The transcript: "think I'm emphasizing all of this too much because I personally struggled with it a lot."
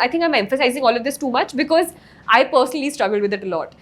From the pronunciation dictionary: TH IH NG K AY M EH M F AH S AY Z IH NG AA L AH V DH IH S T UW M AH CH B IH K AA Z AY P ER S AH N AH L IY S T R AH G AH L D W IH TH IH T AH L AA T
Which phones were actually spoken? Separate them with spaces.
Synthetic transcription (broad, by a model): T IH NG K AY M EH M F AH S AY Z IH NG AA L AH V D IH S T UW M AH CH B IH K AA Z AY P ER S AH N AH L IY S T R AH G AH L D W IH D IH T AH L AA T